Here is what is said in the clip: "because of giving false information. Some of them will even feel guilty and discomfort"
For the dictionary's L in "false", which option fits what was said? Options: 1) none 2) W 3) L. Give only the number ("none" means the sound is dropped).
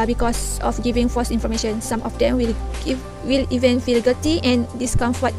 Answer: 1